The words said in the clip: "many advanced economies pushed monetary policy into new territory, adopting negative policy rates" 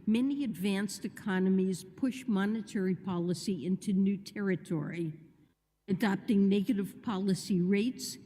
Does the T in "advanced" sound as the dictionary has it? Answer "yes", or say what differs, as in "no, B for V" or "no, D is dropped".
yes